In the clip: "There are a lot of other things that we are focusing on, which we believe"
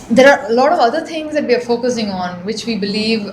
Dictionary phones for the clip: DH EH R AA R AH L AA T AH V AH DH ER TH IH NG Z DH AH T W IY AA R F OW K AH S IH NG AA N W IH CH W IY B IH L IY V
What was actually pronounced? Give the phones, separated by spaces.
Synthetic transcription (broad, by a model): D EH R AA R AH L AA T AH V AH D ER T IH NG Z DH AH T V IY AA R F OW K AH S IH NG AA N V IH CH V IY B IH L IY V